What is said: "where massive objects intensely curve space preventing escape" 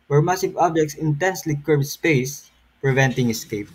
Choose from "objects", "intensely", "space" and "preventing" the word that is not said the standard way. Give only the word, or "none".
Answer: none